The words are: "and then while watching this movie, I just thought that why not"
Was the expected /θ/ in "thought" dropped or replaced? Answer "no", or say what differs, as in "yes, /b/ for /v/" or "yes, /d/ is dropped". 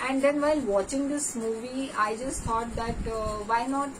yes, /t/ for /θ/